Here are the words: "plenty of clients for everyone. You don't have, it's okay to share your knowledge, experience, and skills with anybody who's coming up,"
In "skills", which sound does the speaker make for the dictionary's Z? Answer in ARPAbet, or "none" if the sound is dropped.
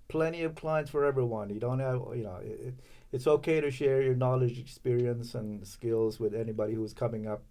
Z